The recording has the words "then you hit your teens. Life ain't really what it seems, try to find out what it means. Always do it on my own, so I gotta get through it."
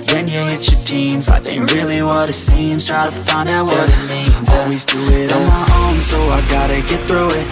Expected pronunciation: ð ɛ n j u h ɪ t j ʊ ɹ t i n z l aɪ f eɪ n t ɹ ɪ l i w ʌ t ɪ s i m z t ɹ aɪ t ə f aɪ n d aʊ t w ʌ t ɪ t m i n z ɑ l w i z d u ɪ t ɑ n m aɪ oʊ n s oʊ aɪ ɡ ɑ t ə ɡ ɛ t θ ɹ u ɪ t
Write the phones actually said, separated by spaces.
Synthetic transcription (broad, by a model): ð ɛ n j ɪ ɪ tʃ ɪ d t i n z aɪ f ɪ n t ɹ ɪ l i w ʌ t ɪ s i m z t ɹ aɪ t ə f aɪ n d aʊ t w ʌ t ɪ t m i n z ɑ l w i z d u ɪ t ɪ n m aɪ oʊ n s oʊ aɪ ɡ ɑ t ə ɡ ɛ t θ ɹ u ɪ t